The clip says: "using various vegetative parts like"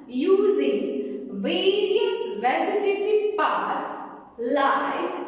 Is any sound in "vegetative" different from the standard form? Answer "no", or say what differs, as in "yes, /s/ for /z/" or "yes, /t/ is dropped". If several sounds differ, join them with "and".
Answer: yes, /z/ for /dʒ/